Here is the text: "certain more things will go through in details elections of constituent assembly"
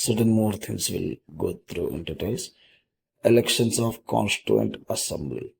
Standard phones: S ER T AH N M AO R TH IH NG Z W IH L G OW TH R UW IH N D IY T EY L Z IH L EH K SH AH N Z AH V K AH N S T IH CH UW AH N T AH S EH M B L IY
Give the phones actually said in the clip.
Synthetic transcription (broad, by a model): S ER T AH N M AO R T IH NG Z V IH L G OW T R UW IH N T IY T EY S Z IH L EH K SH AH N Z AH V K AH N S T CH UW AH N T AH S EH M B L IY